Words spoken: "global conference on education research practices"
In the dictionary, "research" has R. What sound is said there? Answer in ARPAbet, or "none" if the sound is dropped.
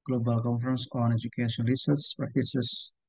L